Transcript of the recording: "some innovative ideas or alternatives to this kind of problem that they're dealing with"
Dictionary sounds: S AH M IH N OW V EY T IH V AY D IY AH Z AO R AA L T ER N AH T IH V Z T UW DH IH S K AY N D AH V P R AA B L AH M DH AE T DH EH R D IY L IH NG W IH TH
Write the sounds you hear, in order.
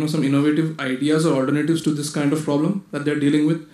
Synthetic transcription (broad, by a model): S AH M IH N OW V EY T IH V AY D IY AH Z AO R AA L T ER N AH T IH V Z T UW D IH S K AY N D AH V P R AA B L AH M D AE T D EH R D IY L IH NG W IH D